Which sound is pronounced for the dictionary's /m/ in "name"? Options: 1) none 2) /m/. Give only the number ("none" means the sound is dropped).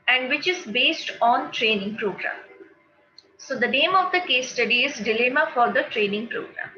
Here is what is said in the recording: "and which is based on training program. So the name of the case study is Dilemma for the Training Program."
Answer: 2